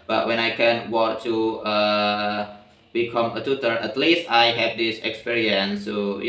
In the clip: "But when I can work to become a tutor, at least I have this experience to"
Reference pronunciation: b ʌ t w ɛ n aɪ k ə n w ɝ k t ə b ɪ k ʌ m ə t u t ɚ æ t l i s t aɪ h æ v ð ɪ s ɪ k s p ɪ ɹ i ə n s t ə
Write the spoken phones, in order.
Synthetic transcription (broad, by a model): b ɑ t w ɛ n aɪ k ə n w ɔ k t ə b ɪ k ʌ m ə t u t ɚ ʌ t l i s t aɪ h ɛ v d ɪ s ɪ k s p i ɹ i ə n s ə